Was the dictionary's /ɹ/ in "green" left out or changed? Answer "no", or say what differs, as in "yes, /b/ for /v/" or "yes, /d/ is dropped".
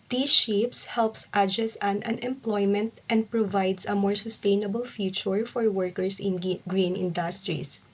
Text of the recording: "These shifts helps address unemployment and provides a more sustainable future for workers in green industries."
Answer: no